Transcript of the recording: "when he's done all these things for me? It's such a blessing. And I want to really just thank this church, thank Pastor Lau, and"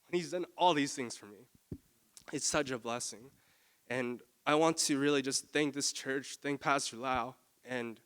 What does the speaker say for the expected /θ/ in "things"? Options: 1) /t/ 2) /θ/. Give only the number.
2